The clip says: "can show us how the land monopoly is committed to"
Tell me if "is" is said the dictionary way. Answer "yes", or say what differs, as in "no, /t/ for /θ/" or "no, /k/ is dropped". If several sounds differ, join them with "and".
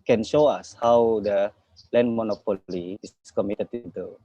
no, /s/ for /z/